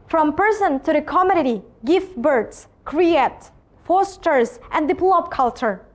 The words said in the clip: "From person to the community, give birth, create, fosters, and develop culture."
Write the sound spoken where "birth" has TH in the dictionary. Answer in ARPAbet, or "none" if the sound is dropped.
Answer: S